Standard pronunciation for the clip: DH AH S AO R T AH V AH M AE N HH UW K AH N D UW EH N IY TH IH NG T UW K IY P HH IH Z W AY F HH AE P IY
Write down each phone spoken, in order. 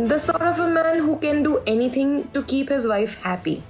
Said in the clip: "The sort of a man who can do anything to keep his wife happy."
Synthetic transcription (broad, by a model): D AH S AO R T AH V AH M AE N HH UW K AH N D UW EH N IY T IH NG T UW K IY P HH IH Z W AY F HH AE P IY